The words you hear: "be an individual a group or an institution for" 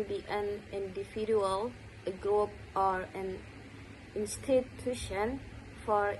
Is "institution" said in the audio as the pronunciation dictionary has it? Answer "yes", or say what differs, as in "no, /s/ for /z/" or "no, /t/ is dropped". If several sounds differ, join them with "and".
yes